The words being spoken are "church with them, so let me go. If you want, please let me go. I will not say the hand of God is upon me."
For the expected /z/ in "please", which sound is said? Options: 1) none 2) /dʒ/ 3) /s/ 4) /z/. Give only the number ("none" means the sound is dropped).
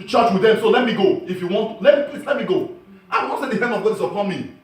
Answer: 3